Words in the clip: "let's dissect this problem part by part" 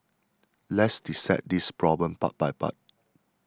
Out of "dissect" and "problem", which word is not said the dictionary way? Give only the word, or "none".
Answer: dissect